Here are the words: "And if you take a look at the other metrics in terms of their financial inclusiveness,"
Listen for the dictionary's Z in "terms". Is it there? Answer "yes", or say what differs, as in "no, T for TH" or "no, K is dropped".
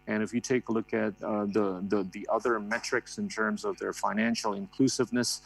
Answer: yes